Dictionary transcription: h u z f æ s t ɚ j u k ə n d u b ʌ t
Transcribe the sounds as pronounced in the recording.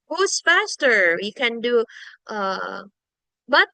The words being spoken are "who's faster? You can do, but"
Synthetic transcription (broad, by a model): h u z f æ s t ɚ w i k ə n d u b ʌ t